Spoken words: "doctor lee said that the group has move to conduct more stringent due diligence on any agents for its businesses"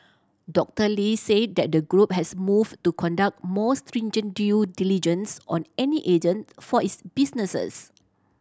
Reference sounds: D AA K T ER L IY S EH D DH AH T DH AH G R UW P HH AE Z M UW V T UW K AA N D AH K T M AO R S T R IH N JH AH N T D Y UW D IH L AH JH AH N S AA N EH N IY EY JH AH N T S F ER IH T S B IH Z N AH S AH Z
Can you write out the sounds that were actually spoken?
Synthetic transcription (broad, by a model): D AA K T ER L IY S EH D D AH T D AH G R UW P HH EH S M UW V T UW K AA N D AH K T M AO S T R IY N JH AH N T D Y UW D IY L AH JH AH N S AA N EH N IY EY JH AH N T F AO IH T S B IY S N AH S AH S